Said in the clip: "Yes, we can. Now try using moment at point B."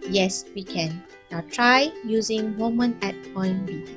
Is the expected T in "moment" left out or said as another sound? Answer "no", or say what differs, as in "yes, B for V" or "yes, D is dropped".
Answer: yes, T is dropped